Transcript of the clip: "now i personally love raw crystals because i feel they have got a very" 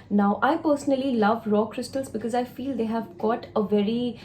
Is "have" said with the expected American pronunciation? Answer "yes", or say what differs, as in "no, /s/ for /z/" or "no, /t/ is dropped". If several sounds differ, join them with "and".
yes